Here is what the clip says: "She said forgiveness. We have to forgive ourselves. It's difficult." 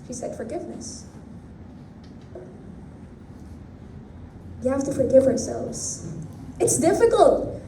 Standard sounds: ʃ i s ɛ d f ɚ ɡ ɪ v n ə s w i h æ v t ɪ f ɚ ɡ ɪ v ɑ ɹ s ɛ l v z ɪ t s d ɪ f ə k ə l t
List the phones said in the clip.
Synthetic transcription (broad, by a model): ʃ i s ɛ d f ɚ ɡ ɪ v n ə s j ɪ h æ f t ɪ f ɚ ɡ ɪ v ɑ ɹ s ɛ l v z ɪ t s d ɪ f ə k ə l t